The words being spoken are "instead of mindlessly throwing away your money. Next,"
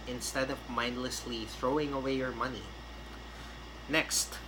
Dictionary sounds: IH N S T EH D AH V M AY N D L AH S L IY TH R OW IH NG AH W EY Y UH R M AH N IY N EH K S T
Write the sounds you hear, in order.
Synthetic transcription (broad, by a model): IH N S T EH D AH V M AY N D L AH S L IY TH R OW IH NG AH W EY Y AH R M AH N IY N EH K S T